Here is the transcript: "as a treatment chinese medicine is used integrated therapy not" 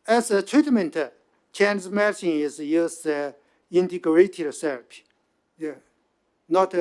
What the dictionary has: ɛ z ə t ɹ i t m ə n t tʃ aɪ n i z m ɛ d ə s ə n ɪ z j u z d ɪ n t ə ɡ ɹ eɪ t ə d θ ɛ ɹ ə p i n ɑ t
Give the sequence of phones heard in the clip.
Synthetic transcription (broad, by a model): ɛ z ə t ɹ i t m ə n t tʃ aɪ n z m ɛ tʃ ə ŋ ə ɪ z j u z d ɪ n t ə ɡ ɹ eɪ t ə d s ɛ ɹ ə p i n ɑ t